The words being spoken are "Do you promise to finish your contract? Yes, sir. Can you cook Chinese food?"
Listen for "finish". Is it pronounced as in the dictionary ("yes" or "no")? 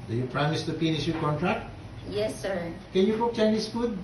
no